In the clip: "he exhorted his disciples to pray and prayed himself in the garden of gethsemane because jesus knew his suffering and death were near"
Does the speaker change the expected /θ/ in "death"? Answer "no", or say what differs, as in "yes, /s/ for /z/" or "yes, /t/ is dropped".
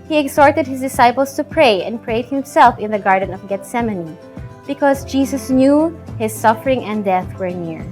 no